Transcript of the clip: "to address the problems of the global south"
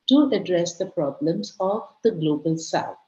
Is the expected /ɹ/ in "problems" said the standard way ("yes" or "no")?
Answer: yes